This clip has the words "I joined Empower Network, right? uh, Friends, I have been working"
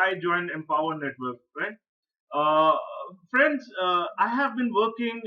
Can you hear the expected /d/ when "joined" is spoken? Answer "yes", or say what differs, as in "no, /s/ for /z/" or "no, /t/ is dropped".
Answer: yes